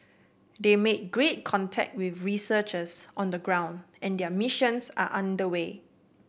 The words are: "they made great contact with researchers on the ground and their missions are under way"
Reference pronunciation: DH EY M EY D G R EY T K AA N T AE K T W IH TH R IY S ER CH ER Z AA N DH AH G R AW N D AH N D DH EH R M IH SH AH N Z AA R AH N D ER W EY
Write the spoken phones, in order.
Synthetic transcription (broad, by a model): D EY M EY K G R EY T K AA N T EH K T W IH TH R IY S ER CH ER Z AA N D AH G R AW N D AH N D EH M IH SH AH N S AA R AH N D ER W EY